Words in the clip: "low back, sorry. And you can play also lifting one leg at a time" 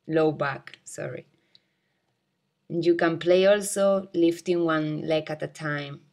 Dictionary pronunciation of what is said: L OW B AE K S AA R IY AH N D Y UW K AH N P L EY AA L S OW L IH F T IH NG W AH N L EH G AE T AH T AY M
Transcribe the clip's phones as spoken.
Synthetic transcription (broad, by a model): L OW B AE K S AA R IY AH N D Y UW K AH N P L EY AA L S OW L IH F T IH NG W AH N L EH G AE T AH T AY M